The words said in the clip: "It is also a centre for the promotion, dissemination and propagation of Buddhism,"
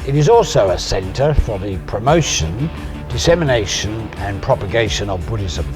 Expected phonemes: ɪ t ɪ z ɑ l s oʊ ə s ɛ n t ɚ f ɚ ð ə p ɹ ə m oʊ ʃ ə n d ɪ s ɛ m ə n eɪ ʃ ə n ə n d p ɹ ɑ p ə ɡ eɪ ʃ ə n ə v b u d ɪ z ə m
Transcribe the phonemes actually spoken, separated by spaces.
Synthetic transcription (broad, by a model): ɪ t ɪ z ɑ l s oʊ ə s ɛ n t ɚ f ɚ ð ə p ɹ ə m oʊ ʃ ə n d ɪ s ɛ m ə n eɪ ʃ ə n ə n p ɹ ɑ p ə ɡ eɪ ʃ ə n ə v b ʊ d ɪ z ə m